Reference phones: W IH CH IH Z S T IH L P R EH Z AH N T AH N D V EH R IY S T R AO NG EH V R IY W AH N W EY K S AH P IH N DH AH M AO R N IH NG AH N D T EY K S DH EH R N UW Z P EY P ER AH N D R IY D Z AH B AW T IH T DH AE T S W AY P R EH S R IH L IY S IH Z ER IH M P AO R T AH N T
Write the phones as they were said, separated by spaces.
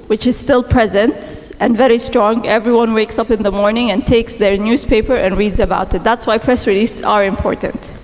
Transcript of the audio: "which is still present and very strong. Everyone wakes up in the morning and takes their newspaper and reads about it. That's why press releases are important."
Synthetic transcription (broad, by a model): W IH CH IH Z S T IH L P R EH Z AH N T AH N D V EH R IY S T R AO NG EH V R IY W AH N W EY K S AH P IH N DH AH M AO R N IH NG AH N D T EY K S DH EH R N UW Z P EY P ER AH N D R IY D Z AH B AW T IH T DH AE T S W AY P R EH S R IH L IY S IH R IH M P AO R T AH N T